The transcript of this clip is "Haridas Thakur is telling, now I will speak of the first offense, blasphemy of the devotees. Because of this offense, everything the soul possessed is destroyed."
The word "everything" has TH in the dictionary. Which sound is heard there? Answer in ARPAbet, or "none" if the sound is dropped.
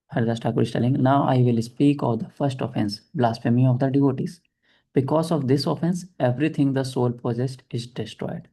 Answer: T